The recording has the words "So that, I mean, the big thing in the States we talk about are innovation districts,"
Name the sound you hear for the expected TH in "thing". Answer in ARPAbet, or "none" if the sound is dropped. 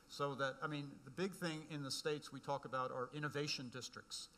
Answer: TH